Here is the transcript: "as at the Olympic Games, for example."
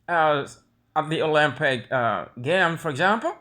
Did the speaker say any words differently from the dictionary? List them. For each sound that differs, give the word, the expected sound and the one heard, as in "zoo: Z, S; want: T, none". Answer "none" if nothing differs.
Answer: games: Z, none